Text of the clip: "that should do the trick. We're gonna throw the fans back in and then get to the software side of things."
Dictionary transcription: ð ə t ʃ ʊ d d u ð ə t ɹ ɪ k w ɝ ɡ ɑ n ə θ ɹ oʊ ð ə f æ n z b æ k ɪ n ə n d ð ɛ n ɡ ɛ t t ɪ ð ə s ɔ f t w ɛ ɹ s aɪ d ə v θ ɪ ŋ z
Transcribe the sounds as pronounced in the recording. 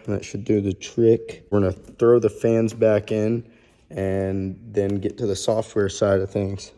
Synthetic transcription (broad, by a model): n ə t ʃ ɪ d d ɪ ð ə t ɹ ɪ k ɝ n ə θ ɹ oʊ ð ə f æ n z b æ k ɪ n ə n ð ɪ n ɡ ɛ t t ɪ ð ə s ɔ f t w ɛ ɹ s aɪ d ə v θ ɪ ŋ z